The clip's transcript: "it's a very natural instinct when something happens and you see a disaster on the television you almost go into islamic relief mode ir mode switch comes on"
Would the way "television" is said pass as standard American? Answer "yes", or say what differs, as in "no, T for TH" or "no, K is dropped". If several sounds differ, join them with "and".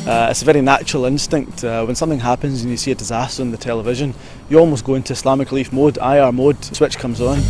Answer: yes